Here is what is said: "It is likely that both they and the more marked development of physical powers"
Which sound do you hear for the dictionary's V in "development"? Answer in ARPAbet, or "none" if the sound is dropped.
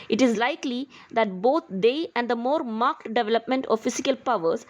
V